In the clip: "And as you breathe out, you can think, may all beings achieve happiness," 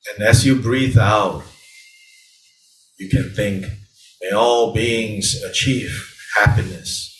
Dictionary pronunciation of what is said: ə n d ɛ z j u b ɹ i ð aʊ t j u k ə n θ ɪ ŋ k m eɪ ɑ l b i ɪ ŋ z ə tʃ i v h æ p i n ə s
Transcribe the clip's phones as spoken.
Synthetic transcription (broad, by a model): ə n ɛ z j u b ɹ i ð aʊ t j u k ə n θ ɪ ŋ k m eɪ ɑ l b i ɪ ŋ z ə tʃ i v h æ p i n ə s